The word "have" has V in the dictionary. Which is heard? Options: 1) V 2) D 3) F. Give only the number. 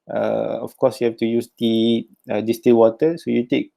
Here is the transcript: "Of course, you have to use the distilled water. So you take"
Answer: 3